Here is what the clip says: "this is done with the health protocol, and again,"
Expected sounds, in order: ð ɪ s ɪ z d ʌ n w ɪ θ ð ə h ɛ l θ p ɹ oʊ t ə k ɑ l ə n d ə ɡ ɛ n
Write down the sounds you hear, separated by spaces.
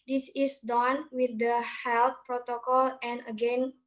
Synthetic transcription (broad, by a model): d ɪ s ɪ s d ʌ n w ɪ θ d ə h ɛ l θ p ɹ oʊ t ə k ɑ l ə n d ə ɡ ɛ n